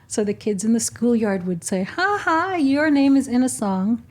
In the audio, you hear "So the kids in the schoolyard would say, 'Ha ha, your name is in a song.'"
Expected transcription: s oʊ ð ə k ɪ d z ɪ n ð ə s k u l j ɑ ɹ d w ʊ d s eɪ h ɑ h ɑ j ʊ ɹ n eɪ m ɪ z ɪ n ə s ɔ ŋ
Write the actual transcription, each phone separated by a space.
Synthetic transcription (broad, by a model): s oʊ ð ə k ɪ d z ɪ n ð ə s k u l j ɑ ɹ d w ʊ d s eɪ h ɑ h ɑ j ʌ ɹ n eɪ m ɪ z ɪ n ə s ɔ ŋ